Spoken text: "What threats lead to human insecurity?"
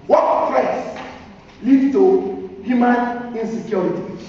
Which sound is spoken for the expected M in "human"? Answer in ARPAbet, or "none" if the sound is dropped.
M